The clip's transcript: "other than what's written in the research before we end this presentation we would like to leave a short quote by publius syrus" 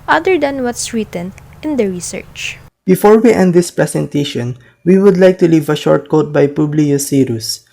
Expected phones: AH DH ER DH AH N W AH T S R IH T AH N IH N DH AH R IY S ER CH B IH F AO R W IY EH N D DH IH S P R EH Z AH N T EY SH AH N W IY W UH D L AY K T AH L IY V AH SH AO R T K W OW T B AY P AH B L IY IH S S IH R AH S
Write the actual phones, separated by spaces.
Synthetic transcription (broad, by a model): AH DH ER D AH N W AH T S R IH T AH N IH N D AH R IY S ER CH B IH F AO R W IY EH N D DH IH S P R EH S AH N T EY SH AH N W IY W UH D L AY K T AH L IY V AH SH AO R T K OW T B AY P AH B L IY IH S S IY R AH S